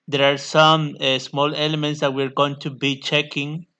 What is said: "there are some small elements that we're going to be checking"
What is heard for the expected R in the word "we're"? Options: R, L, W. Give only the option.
R